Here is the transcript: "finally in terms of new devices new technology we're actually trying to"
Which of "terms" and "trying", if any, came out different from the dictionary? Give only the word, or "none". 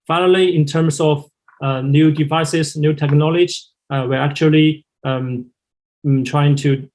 terms